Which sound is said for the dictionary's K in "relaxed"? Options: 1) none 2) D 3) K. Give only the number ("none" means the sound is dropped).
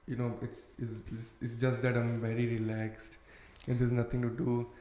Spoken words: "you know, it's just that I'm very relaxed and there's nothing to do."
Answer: 3